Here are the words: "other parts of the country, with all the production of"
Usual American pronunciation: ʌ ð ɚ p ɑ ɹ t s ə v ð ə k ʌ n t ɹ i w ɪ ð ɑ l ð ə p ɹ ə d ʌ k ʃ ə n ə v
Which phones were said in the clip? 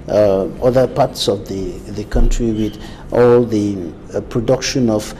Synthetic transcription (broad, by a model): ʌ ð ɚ p ɑ ɹ t s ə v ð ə k ʌ n t ɹ i w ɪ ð ɑ l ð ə p ɹ ə d ʌ k ʃ ə n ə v